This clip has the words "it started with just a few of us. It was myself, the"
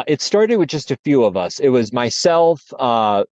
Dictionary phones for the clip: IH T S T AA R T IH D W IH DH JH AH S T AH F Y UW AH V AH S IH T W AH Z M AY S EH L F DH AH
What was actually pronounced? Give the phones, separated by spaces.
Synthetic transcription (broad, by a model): IH T S T AA R T IH D W IH DH JH AH S T AH F Y UW AH V AH S IH T W AH Z M AY S EH L F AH